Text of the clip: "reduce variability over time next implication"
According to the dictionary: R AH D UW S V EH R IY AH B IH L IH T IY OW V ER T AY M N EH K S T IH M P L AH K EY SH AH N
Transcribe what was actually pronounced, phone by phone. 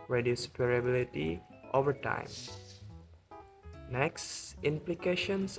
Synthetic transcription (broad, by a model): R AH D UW S P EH R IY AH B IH L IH T IY OW V ER T AY M N EH K S T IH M P L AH K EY SH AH N